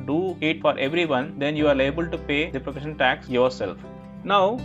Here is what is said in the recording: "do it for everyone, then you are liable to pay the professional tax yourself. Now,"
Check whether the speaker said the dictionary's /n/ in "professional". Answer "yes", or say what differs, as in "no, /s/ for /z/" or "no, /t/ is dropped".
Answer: no, /n/ is dropped